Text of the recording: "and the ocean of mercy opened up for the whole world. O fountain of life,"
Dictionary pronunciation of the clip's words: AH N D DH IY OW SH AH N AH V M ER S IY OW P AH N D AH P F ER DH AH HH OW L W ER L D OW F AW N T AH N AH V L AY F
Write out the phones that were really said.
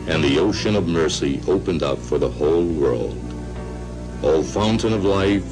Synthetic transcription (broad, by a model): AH N DH IY OW SH AH N AH V M ER S IY OW P AH N D AH P F ER DH AH HH OW L W ER L D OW F AW N T AH N AH V L AY F